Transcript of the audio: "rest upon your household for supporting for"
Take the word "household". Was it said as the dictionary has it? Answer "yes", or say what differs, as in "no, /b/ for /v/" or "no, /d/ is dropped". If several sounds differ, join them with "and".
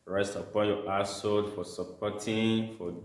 no, /l/ is dropped